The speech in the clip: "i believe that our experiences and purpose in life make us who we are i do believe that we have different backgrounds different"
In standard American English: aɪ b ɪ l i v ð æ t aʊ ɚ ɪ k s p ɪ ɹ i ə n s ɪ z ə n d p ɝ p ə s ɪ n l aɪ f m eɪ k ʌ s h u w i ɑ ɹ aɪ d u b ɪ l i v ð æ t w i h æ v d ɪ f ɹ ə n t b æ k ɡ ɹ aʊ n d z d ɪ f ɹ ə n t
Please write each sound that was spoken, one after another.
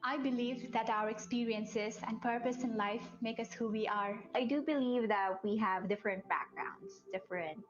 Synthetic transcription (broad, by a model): aɪ b ɪ l i v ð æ t aʊ ɚ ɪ k s p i ɹ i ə n s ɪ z ə n d p ɝ p ə s ɪ n l aɪ f m eɪ k ʌ s h u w i ɑ ɹ aɪ d u b ɪ l i v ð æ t w i h æ v d ɪ f ɹ ə n t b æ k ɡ ɹ aʊ n d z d ɪ f ɹ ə n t